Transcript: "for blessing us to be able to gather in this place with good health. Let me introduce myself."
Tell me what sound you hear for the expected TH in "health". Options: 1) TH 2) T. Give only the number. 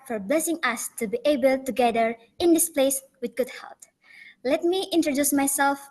2